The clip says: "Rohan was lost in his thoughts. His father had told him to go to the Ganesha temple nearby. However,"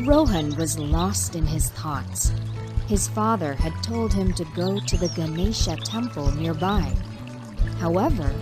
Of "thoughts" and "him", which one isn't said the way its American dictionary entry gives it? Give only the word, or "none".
none